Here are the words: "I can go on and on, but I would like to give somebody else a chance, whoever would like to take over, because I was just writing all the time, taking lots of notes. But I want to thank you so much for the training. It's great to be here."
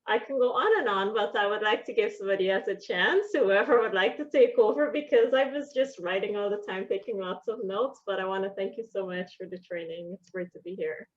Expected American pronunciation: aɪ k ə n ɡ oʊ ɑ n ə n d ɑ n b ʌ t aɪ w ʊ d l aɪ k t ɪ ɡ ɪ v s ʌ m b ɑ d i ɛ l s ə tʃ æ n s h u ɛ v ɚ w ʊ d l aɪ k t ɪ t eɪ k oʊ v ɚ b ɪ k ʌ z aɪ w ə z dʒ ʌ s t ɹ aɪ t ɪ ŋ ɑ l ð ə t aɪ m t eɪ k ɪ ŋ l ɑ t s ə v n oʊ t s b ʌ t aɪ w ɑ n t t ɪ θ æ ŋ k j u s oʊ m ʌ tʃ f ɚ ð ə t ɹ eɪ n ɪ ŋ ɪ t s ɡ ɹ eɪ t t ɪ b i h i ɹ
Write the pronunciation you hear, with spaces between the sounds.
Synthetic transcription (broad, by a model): aɪ k n ɡ oʊ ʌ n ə n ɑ n b ʌ t aɪ w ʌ d l aɪ k t ɪ ɡ ɪ v s ʌ m b ɑ d i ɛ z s ə tʃ æ n s h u ɛ v ɚ w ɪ d l aɪ k t ɪ t eɪ k oʊ v ɚ b ɪ k ʌ z aɪ w ə z dʒ ʌ s t ɹ aɪ t ɪ ŋ ɑ l ð ə t aɪ m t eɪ k ɪ ŋ l ɑ t s ə v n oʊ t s b ʌ t aɪ w ɑ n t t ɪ θ æ ŋ k j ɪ s oʊ m ʌ tʃ f ɚ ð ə t ɹ eɪ n ɪ ŋ ɪ t s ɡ ɹ eɪ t t ɪ b i h i ɹ